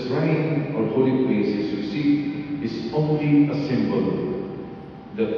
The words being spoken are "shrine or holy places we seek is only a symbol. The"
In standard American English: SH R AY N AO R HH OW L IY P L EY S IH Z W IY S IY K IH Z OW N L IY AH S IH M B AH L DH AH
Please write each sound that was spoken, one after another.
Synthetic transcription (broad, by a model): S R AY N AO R HH OW L IY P L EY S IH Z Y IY S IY IH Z OW N L IY AH S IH M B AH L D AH